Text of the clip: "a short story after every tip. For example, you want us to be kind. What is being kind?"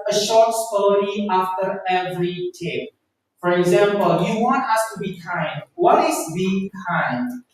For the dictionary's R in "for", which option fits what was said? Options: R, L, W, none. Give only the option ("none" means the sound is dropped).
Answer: R